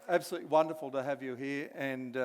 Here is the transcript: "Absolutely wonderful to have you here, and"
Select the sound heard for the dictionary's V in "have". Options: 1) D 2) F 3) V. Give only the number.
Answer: 3